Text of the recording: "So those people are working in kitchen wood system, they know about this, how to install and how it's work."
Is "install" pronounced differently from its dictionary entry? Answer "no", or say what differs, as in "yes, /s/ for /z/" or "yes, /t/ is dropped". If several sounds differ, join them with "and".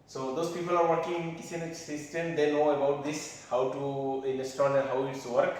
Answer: yes, /n/ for /l/